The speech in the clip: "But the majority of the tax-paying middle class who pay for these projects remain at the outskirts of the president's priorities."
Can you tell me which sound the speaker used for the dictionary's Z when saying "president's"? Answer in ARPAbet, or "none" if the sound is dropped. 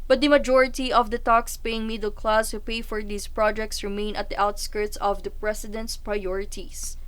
S